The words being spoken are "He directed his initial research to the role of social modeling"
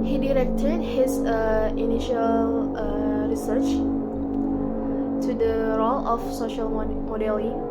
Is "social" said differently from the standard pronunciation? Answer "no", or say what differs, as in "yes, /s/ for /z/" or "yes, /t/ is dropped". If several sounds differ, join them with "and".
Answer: no